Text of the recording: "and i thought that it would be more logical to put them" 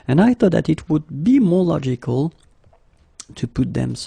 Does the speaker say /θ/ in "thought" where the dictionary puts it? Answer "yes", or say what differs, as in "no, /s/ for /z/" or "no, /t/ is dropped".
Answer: yes